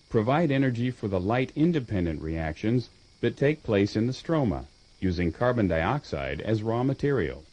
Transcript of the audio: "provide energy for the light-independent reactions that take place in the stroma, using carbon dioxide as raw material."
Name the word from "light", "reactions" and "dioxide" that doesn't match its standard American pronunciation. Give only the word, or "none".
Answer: none